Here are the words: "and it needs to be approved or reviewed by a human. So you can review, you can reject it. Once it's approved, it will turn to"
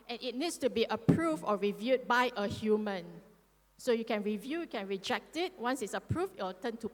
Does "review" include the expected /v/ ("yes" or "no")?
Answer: yes